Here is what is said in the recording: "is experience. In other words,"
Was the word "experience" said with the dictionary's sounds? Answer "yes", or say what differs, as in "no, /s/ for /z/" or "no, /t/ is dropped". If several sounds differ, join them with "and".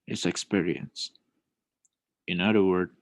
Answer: yes